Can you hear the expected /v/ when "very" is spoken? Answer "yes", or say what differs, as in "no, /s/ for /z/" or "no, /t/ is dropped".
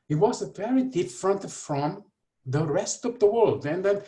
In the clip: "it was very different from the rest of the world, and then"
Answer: no, /p/ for /v/